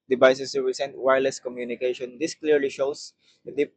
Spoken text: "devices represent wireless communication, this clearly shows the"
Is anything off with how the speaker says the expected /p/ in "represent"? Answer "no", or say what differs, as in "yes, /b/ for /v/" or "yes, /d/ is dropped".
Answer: yes, /p/ is dropped